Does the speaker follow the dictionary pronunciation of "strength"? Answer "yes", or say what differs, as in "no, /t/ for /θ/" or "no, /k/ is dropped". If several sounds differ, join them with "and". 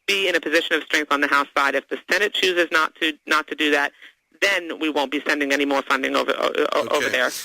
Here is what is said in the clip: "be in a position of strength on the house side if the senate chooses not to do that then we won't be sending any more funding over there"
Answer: yes